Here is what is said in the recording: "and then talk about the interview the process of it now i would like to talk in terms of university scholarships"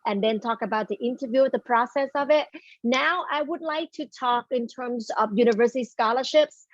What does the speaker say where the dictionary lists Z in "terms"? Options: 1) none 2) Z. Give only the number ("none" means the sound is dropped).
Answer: 2